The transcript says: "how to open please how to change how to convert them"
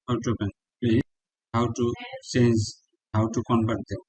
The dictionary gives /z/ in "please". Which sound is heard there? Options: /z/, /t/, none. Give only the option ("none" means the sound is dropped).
none